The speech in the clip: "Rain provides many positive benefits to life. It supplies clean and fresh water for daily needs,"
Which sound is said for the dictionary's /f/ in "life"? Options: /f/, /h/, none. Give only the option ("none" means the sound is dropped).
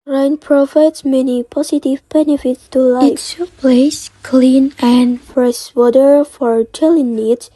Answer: none